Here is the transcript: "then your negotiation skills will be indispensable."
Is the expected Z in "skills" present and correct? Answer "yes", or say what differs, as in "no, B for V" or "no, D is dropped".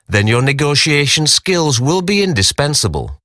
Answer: yes